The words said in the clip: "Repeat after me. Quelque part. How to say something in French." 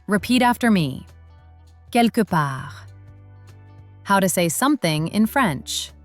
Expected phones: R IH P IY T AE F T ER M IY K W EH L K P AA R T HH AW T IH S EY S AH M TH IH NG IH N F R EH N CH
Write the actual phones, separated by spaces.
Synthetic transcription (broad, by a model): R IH P IY T AE F T ER M IY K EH L K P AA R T HH AW T IH S EY S AH M TH IH NG IH N F R EH N CH